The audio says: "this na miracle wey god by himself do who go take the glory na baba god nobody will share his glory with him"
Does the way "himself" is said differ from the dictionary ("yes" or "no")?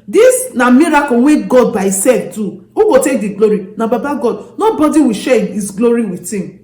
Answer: yes